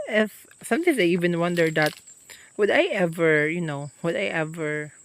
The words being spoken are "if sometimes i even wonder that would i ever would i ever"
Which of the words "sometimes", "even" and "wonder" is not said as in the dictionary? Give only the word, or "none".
sometimes